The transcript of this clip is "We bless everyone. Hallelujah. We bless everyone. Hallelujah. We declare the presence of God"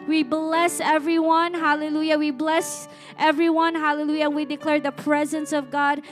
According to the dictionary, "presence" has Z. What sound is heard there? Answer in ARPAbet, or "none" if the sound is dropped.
Z